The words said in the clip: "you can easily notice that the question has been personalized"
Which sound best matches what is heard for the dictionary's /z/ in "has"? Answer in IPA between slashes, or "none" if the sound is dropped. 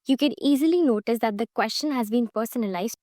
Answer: /z/